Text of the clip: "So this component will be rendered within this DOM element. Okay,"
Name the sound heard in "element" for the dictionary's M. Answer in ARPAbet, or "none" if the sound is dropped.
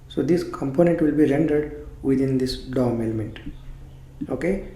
M